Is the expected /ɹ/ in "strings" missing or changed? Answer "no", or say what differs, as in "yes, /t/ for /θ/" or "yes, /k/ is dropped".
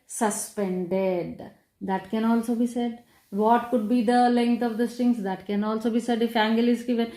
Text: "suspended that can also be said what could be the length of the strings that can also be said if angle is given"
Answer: yes, /ɹ/ is dropped